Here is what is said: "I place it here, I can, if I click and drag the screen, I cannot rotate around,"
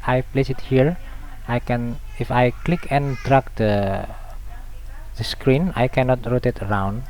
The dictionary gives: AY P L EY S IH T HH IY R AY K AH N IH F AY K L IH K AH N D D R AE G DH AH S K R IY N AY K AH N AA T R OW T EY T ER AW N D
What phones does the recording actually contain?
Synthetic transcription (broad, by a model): AY P L EY S IH T HH IY R AY K AH N IH F AY K L IH K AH N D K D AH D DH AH S K R IY N AY K AH N AA T R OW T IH T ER AW N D